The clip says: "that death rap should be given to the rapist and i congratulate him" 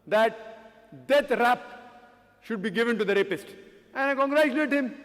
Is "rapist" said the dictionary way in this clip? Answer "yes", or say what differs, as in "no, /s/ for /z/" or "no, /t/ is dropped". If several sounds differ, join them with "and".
yes